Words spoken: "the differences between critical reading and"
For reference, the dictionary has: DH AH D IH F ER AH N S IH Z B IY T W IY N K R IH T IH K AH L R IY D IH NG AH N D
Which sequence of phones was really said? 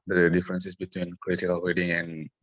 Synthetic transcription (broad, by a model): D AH D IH F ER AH N S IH S B IY T W IY N K R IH T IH K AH L W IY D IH NG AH N